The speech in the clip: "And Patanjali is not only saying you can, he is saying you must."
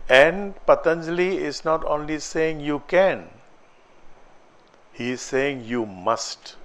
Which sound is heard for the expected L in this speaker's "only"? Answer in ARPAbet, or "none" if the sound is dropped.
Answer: L